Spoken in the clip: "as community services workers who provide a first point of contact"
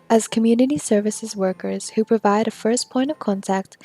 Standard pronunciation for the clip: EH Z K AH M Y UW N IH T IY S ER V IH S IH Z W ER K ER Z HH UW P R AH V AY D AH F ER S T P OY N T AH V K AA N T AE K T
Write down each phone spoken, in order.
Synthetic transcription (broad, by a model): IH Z K AH M Y UW N IH T IY S ER V IH S IH Z W ER K ER Z HH UW P R AH V AY D AH F ER S P OY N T AH V K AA N T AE K T